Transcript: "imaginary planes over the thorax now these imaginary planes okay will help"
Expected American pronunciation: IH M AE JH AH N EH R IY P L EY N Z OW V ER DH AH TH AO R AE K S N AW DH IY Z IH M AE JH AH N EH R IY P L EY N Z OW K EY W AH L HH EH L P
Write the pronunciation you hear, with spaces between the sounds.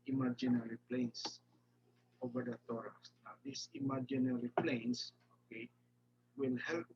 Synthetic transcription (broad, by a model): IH M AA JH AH N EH R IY P L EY N S OW V ER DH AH T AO R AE S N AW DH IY S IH M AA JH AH N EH R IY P L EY N S OW K EY W AH L HH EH L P